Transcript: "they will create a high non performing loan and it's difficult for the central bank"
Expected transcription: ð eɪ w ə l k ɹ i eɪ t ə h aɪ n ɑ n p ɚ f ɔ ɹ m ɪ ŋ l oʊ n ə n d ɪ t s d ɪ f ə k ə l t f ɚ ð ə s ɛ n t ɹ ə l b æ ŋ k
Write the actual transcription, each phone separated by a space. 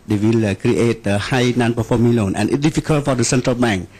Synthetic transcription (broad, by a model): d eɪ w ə l k ɹ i eɪ t ə h aɪ n ɑ n p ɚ f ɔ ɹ m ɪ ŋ l oʊ n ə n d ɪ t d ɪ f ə k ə l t f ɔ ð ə s ɛ n t ɹ ə l b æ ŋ k